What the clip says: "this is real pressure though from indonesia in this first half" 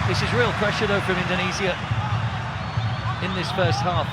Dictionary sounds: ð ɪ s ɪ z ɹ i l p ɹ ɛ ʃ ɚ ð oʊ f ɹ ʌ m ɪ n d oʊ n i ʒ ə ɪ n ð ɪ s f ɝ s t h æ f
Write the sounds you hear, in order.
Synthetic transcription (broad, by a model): ð ɪ s ɪ z ɹ i l p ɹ ɛ ʃ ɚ ð oʊ f ɹ ʌ m ɪ n d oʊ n i z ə ɪ n ð ɪ s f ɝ s t h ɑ f